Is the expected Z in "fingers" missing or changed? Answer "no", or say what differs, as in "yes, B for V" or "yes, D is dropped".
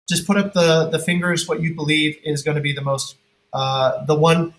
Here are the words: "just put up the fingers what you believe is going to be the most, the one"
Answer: no